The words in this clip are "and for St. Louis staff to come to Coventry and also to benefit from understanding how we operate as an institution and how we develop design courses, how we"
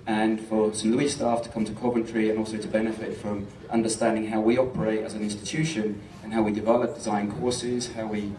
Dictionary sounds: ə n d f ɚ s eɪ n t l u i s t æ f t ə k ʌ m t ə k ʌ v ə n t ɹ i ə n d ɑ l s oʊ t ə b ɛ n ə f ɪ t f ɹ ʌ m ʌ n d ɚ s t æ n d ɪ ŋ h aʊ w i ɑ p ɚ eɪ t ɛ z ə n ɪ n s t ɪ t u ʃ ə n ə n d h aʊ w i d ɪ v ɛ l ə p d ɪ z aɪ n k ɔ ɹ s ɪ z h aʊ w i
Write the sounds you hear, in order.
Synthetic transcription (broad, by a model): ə n f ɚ s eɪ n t l u i s t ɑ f t ə k ʌ m t ə k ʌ b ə n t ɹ i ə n ɑ l s oʊ t ə b ɛ n ə f ɪ t f ɹ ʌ m ʌ n d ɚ s t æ n d ɪ ŋ h aʊ w i ɑ p ɚ eɪ t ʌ z ə n ɪ n s t ɪ t u ʃ ə n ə n h aʊ w i d ɪ v ɛ l ə p d ɪ z aɪ n k ɔ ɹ s ɪ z h aʊ w i